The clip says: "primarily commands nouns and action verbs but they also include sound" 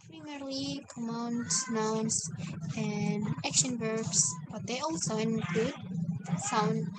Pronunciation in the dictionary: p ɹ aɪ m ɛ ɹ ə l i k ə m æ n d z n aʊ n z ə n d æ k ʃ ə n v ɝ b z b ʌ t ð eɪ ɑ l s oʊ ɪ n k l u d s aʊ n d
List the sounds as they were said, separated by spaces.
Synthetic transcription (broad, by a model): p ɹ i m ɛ ɹ l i k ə m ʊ n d n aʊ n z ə n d æ k ʃ ə n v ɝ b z b ʌ t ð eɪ ɑ l s oʊ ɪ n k u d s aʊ n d